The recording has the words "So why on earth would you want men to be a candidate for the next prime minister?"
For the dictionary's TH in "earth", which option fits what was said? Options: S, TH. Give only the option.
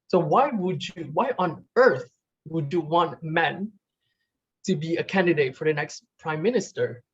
TH